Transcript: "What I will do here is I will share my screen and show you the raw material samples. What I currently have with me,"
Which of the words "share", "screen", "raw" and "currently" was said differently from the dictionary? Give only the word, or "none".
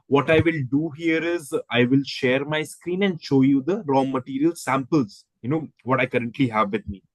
none